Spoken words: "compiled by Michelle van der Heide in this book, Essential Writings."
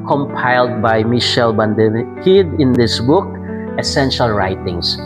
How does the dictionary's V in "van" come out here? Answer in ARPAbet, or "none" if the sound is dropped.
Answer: B